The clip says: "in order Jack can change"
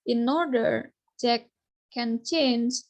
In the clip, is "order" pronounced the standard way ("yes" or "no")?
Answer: yes